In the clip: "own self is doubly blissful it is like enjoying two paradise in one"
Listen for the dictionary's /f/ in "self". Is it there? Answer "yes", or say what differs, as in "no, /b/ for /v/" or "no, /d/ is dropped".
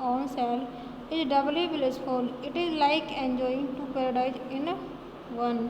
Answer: no, /f/ is dropped